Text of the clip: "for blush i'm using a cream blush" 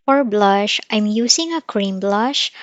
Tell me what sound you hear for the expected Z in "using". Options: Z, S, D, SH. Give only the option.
S